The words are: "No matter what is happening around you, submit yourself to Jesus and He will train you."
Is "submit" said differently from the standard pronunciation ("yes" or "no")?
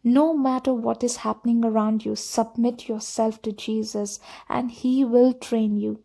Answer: no